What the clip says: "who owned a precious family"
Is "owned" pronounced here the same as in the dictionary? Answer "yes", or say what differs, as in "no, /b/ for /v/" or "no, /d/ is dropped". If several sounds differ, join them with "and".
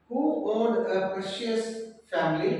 no, /l/ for /n/